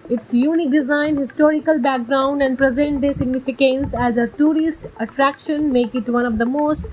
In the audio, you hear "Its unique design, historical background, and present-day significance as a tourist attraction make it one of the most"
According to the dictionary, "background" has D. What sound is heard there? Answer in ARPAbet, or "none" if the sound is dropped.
D